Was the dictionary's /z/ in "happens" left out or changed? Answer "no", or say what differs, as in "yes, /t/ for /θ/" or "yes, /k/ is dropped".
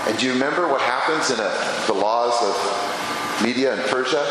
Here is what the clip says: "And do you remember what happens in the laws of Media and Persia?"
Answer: no